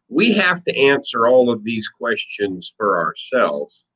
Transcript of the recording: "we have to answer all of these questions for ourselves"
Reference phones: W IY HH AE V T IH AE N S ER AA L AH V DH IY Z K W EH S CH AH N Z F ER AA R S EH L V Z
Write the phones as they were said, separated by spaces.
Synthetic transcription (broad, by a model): W IY HH AE F T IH AE N S ER AA L AH V DH IY Z K W EH S CH AH N Z F ER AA R S EH L V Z